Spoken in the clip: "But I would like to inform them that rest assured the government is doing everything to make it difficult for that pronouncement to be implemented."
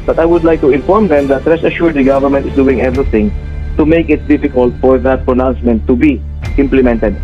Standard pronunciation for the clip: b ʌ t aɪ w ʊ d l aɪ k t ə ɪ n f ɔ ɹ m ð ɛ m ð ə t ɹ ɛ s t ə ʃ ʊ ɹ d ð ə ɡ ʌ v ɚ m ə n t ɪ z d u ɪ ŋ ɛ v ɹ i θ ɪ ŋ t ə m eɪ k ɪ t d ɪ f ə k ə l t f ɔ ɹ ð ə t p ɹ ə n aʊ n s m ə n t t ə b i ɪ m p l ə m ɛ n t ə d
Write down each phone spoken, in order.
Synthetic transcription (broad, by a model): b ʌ t aɪ w ʊ d l aɪ k t ə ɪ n f ɔ ɹ m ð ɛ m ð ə t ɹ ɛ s ə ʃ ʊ ɹ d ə ɡ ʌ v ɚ m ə n t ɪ s d u ɪ ŋ ɛ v ɹ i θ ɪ ŋ t ə m eɪ k ɪ t d ɪ f ə k ə l t f ɔ ɹ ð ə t p ɹ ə n aʊ n s m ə n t t ə b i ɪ m p l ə m ɛ n t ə d